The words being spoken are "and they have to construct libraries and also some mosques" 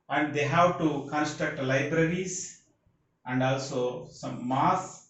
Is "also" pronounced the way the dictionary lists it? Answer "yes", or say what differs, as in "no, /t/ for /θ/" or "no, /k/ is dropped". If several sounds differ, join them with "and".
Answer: yes